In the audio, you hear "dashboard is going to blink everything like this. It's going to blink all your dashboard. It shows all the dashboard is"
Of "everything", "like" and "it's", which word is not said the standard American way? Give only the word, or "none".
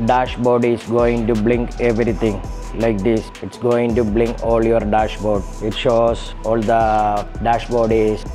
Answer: everything